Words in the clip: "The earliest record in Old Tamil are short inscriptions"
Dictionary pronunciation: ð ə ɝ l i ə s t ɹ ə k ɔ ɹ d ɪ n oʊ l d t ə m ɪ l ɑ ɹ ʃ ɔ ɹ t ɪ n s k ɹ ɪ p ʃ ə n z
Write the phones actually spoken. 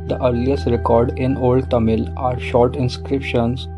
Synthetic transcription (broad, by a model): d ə ɝ l i ə s t ɹ ə k ɔ ɹ d ɪ n oʊ l d t ə m ɪ l ɑ ɹ ʃ ɔ ɹ t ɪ n s k ɹ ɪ p ʃ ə n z